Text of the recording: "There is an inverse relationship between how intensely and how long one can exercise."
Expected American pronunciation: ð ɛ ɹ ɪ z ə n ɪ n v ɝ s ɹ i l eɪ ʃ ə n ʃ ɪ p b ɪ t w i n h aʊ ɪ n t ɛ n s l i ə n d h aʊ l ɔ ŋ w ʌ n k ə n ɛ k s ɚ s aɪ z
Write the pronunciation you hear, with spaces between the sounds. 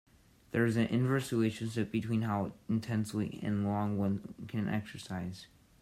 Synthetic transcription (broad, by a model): ð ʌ ɹ ɪ z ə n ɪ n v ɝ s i eɪ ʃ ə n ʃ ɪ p b ɪ t w i n h aʊ ɪ n t ɛ n s l i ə n l ɔ ŋ w ʌ n k ə n ɛ k s ɚ s aɪ z